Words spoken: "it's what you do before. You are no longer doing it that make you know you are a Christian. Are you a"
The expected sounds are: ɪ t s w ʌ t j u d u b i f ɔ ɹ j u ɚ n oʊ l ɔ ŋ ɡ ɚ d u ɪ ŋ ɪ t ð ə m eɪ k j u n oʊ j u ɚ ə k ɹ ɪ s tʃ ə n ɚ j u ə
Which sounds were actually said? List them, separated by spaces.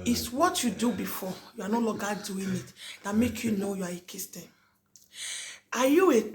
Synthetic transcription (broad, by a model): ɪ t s w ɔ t j u d u b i f ɔ j u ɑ n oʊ l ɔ ɡ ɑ d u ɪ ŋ ɪ t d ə m eɪ k j u n oʊ j u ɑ ə k ɪ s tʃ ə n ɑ j u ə